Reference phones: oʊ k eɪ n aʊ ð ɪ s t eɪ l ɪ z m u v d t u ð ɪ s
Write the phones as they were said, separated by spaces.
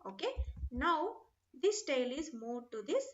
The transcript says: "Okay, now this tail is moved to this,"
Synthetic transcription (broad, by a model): oʊ k eɪ n aʊ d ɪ s t eɪ l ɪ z m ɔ d t u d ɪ s